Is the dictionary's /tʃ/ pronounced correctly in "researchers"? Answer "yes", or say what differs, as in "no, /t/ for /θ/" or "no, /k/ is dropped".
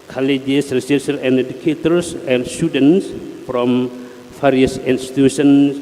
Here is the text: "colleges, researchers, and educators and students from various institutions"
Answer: no, /s/ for /tʃ/